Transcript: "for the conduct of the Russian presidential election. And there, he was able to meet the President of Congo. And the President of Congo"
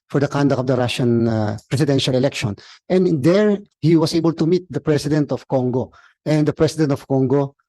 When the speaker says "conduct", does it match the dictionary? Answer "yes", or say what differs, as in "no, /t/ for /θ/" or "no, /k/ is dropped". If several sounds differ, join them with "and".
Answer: no, /t/ is dropped